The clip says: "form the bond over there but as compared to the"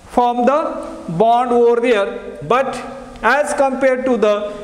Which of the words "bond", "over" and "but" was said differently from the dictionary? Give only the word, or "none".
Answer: none